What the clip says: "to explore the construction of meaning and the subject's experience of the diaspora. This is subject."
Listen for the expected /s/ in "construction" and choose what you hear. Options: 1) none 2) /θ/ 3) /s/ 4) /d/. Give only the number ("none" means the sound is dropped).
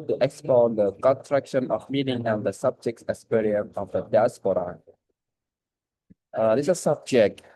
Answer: 1